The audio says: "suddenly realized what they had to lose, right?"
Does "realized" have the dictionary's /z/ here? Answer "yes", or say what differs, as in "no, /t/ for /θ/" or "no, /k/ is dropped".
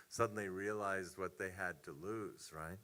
yes